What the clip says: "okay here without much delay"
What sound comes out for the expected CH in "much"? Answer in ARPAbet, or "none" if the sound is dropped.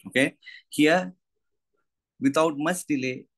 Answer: S